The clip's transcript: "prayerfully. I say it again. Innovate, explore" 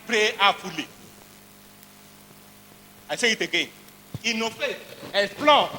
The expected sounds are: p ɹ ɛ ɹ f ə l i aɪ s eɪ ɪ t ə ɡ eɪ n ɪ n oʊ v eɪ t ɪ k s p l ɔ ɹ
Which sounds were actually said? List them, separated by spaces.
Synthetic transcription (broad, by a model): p ɹ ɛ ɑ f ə l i aɪ s eɪ ɪ t ə ɡ eɪ n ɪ n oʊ f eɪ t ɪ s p l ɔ